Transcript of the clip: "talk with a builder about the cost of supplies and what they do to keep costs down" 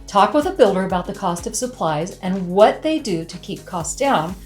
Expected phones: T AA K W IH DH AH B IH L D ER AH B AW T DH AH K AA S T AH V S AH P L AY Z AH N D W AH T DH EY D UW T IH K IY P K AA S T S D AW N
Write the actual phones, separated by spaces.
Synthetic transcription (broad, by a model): T AA K W IH DH AH B IH L D ER AH B AW T DH AH K AA S T AH V S AH P L AY Z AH N W AH T DH EY D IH T IH K IY P K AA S S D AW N